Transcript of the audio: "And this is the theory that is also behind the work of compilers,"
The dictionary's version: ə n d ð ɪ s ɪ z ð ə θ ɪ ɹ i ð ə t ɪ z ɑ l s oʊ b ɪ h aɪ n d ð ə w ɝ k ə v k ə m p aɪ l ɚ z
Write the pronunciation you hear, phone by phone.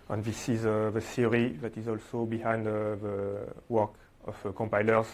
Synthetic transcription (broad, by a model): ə n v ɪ s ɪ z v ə s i ɹ i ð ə t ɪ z ɑ l s oʊ b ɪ h aɪ n d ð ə w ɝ k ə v k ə m p aɪ l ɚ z